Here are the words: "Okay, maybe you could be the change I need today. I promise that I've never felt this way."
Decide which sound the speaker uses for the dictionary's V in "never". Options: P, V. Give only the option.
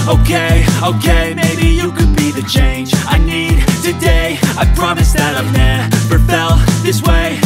P